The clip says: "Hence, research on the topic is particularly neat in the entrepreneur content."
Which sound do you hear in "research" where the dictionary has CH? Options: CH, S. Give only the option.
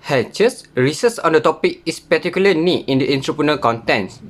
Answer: S